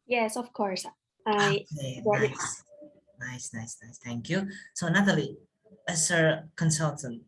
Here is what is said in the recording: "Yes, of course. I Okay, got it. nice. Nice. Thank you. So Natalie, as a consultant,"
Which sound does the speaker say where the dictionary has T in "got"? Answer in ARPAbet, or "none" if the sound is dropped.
none